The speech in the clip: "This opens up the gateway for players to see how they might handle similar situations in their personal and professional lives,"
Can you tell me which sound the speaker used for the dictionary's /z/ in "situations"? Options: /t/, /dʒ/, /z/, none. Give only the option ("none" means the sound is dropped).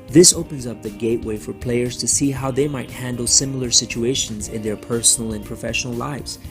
/z/